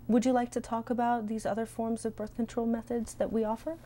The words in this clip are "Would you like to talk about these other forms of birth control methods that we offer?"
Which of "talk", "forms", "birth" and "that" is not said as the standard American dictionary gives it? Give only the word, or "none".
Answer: none